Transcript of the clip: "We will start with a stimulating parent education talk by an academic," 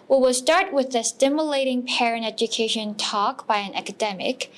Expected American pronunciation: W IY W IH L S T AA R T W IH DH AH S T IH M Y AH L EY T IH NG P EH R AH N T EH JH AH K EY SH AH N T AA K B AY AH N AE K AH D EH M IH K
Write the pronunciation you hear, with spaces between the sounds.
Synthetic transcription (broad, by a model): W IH W IH L S T AA R T W IH DH AH S T IH M Y AH L EY T IH NG P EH R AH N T EH JH AH K EY SH AH N T AA K B AY AH N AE K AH D EH M IH K